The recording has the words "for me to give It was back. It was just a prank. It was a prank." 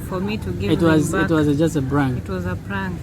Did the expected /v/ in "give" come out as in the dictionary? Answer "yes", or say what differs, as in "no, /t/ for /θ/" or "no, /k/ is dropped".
no, /v/ is dropped